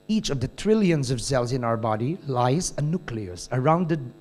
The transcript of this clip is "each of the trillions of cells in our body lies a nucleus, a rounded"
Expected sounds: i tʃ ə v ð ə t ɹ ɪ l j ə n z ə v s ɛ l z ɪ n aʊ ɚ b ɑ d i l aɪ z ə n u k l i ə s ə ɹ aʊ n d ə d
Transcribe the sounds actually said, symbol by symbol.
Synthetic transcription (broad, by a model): i tʃ ə v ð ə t ɹ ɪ l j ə n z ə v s ɛ l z ɪ n aʊ ɚ b ɑ d i l aɪ z ə n u k l i ə s ə ɹ aʊ n d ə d